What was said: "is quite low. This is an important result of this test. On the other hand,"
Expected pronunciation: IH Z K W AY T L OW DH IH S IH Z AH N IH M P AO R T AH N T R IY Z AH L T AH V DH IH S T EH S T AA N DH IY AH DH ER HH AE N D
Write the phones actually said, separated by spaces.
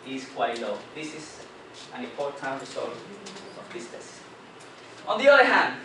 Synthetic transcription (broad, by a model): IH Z K W AY T L OW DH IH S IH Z AH N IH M P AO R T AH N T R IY S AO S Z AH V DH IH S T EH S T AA N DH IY AH DH ER HH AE N D